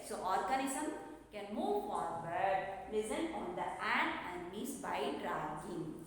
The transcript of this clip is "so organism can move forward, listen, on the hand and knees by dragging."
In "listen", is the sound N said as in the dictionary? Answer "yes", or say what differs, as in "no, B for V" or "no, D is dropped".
no, L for N